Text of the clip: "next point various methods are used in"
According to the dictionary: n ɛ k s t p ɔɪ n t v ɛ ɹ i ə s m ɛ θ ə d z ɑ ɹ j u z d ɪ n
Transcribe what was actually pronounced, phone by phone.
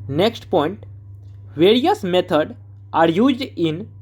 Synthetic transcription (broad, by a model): n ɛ k s t p ɔɪ n t v ɛ ɹ i ə s m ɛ t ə d ɑ ɹ j u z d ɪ n